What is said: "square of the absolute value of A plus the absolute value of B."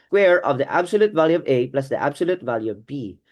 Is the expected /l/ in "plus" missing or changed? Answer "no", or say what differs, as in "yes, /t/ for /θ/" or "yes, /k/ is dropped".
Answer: no